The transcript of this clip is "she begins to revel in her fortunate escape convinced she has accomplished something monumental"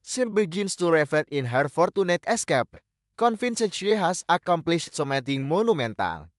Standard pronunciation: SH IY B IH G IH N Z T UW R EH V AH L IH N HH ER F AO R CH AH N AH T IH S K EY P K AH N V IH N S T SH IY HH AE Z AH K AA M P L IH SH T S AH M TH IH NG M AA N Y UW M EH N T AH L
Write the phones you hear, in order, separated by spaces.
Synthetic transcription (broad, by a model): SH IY B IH G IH N S T UW R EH F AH N IH N HH ER F AO R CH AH N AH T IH S K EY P K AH N F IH N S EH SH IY HH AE S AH K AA M P L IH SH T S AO M T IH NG M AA N UW M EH N T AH L